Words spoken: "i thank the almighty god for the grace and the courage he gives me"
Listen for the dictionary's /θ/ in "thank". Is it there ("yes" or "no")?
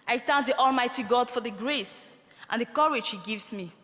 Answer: no